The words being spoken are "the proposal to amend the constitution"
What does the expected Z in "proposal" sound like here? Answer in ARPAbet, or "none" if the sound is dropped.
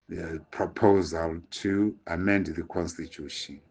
Z